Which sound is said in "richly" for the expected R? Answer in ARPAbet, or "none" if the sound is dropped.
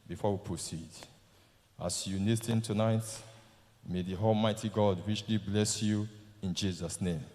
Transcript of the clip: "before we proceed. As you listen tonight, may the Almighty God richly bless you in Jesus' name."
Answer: W